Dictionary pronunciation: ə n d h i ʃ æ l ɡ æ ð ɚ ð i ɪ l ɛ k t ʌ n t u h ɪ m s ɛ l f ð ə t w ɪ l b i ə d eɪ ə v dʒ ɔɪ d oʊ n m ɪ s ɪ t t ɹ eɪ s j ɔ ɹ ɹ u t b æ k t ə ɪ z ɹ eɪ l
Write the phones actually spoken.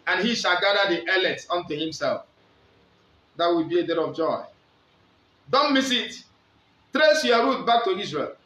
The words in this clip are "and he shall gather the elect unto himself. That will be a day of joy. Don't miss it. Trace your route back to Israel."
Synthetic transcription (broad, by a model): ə n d h i ʃ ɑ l ɡ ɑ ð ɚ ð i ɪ l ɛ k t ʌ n t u h ɪ m s ɛ l f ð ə t w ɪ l b i ə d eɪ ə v dʒ ɔɪ d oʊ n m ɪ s ɪ t t ɹ eɪ s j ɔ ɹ ɹ u t b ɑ k t ə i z ɹ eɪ l